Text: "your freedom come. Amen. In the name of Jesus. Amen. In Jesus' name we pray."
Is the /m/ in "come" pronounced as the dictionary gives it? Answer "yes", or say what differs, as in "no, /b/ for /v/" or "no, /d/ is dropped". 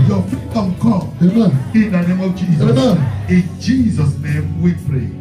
no, /m/ is dropped